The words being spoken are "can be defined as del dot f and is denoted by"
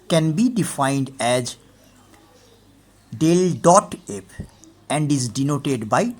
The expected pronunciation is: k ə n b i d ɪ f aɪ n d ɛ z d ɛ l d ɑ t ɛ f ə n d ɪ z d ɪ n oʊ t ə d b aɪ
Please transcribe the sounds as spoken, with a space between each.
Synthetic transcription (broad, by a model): k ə n b i d ɪ f aɪ n d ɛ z d ɛ l d ɑ t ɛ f ə n d ɪ z d ɪ n oʊ t ə d b aɪ